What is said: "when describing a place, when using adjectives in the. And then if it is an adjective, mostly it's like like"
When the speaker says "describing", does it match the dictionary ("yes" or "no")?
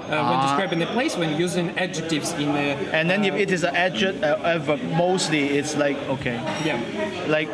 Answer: no